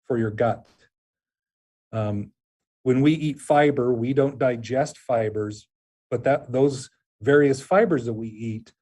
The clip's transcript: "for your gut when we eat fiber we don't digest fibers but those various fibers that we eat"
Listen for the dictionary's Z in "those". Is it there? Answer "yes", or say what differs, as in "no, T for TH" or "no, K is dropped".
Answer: yes